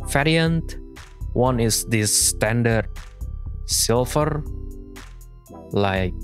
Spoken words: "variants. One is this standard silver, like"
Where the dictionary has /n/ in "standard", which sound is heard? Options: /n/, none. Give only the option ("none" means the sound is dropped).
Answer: /n/